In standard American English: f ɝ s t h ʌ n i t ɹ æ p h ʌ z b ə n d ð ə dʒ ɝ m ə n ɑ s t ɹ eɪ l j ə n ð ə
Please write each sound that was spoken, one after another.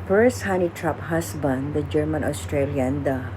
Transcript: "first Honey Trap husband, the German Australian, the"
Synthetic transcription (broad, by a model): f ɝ s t h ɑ n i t ɹ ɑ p h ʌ s b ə n d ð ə dʒ ɝ m ə n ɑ s t ɹ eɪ l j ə n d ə